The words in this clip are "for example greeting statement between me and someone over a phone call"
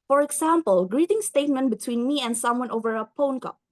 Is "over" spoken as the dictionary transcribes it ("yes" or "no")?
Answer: yes